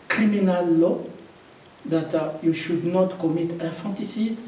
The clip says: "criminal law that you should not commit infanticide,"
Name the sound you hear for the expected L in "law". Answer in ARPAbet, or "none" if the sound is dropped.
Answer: L